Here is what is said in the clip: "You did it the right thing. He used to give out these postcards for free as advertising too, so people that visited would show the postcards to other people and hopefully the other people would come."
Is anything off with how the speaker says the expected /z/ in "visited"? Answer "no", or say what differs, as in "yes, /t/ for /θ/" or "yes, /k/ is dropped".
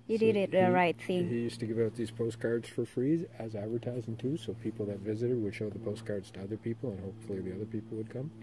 no